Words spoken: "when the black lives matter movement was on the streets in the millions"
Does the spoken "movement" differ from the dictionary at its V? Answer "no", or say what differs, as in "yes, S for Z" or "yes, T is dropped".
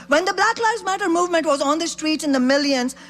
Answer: no